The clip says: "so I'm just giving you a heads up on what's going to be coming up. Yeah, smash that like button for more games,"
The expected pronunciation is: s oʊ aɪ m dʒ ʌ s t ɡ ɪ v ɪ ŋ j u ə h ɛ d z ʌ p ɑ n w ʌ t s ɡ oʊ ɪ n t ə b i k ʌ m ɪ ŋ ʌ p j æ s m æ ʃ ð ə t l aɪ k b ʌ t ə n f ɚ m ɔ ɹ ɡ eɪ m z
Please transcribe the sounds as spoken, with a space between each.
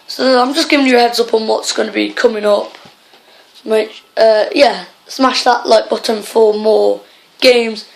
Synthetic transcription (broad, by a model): s oʊ aɪ m dʒ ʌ s ɡ ɪ v ɪ ŋ j ə h ɛ d z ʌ p n w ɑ t s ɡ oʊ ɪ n ə b i k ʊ m ɪ ŋ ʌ p j æ s m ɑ ʃ ð ə t l aɪ k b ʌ t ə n f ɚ m ɔ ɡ eɪ m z